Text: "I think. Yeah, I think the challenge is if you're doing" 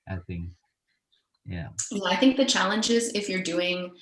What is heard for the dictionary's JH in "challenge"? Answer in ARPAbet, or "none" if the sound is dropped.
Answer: JH